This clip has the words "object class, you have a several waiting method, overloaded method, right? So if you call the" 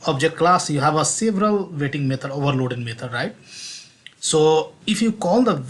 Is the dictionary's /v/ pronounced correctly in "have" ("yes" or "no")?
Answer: yes